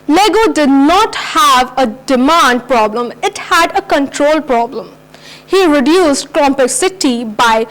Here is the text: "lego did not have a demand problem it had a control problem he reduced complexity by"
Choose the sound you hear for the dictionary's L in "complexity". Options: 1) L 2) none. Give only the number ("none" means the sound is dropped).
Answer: 2